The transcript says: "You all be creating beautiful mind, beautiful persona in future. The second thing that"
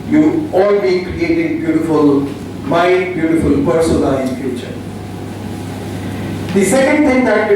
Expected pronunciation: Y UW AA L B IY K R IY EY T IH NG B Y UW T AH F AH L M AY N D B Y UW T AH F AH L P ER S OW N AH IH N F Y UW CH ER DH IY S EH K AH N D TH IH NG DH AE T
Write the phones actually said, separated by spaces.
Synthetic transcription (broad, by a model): Y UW AA L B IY K R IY EY T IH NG B Y UW T AH F AH L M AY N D B Y UW T AH F AH L P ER S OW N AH IH N F Y UW CH ER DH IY S EH K AH N D T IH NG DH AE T